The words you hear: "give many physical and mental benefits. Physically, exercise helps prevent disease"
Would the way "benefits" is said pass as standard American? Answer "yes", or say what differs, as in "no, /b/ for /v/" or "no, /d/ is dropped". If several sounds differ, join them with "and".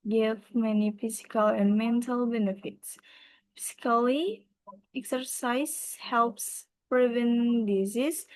yes